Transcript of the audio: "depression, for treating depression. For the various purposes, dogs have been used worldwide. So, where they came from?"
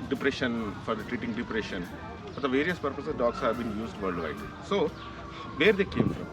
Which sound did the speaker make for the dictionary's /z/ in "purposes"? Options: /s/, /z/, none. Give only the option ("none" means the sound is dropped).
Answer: none